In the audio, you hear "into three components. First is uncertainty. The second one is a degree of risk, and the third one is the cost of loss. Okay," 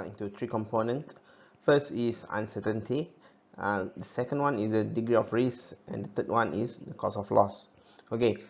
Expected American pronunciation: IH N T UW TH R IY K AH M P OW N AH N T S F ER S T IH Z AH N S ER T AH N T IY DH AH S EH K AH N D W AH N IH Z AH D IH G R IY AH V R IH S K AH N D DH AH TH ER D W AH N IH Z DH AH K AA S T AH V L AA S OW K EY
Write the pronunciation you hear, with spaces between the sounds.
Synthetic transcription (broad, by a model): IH N T UW T R IY K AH M P OW N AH N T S F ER S T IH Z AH N S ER T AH N T IY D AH S EH K AH N D W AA N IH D AH D IH G R IY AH F R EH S AH N D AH T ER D W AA N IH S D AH K AA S AH F L AA S OW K EY